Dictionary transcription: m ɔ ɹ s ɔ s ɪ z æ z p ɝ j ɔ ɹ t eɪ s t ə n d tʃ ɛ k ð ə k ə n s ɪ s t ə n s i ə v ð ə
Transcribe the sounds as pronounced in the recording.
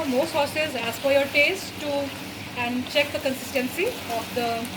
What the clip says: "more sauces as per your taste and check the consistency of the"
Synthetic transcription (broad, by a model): m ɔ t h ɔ s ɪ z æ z f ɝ j ɔ ɹ t eɪ s t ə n d tʃ ɛ k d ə k ə n s ɪ s t ə n s i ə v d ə